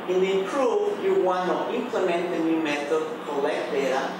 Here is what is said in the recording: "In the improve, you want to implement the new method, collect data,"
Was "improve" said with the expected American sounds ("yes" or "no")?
no